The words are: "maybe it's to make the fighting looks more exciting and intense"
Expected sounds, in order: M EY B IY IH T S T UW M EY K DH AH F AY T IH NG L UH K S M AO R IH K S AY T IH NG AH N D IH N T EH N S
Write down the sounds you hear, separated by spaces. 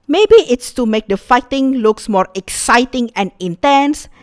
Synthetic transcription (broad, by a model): M EY B IY IH T S T UW M EY K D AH F AY T IH NG L UH K S M AO R IH K S AY T IH NG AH N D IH N T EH N S